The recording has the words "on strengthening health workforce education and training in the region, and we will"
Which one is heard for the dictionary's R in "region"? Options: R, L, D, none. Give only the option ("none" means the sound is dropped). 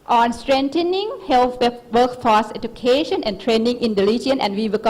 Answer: L